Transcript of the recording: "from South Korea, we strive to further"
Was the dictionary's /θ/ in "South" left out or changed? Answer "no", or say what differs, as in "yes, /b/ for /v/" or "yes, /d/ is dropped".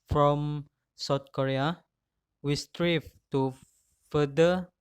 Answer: yes, /t/ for /θ/